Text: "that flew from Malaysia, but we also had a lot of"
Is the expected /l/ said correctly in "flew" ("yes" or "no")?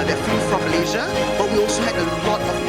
no